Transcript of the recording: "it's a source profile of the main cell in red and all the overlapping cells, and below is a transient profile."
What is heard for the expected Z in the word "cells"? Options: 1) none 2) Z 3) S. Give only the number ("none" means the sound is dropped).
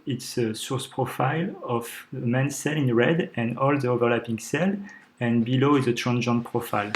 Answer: 1